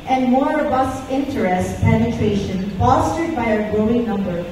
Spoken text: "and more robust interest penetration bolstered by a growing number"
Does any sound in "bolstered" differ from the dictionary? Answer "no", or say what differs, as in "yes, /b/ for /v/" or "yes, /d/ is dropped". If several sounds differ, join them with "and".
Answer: yes, /l/ is dropped